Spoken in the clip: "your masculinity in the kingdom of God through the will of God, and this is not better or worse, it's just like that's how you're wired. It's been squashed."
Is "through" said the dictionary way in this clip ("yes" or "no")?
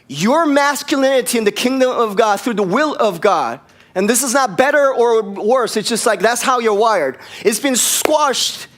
yes